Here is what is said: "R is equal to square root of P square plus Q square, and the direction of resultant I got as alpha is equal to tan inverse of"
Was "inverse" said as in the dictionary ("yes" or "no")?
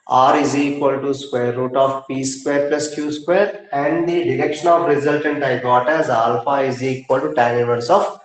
no